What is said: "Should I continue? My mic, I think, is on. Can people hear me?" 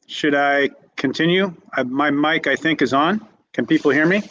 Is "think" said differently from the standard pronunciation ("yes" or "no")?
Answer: no